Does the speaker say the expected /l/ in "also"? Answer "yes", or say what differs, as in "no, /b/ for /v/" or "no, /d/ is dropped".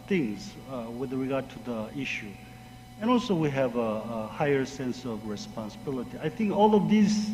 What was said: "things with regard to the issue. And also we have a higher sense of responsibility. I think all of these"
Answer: yes